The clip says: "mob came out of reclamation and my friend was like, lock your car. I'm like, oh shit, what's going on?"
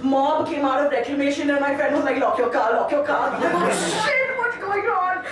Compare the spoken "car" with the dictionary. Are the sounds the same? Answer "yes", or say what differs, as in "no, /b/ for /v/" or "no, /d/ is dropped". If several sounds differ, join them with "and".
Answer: no, /l/ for /ɹ/